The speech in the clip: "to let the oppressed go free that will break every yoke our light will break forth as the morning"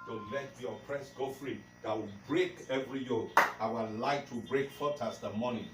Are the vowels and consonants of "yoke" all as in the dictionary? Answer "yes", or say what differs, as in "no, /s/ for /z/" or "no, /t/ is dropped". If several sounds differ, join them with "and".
no, /k/ is dropped